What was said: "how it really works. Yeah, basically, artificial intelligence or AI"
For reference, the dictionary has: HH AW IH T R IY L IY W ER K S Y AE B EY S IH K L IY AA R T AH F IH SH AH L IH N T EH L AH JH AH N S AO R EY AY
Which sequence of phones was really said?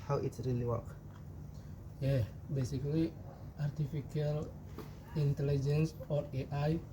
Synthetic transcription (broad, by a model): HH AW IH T R IY L IY W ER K Y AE B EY S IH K L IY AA R T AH F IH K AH L IH N T EH L AH JH AH N S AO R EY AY